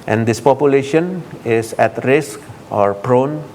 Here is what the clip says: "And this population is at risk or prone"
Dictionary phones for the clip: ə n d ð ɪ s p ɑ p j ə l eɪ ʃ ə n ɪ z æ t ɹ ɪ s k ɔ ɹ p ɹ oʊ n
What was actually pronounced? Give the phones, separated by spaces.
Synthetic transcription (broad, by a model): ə n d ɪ s p ɑ p j ə l eɪ ʃ ə n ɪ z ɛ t ɹ ɪ s k ɔ ɹ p ɹ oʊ n